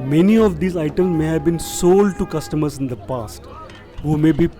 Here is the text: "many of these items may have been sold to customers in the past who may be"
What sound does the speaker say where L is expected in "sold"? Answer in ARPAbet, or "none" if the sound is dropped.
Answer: L